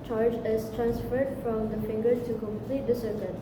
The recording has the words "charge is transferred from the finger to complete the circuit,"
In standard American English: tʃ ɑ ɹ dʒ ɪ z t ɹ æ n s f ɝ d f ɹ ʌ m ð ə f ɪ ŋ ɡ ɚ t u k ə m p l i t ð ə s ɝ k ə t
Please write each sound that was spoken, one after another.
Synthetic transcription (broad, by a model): tʃ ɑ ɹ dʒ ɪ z t ɹ æ n s f ɝ d f ɹ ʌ m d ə f ɪ ŋ ɡ ɚ t u k ə m p l i t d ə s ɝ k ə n